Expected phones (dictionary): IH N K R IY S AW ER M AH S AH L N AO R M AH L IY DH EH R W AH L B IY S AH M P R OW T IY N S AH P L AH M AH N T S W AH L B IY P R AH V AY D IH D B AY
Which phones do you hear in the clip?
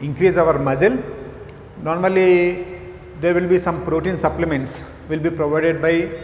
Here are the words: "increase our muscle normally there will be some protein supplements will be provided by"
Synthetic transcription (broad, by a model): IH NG K R IY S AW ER M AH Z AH L N AO R M AH L IY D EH R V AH L B IY S AH M F R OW T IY N S AH P L AH M AH N T S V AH L B IY P R AH V AY D IH D B AY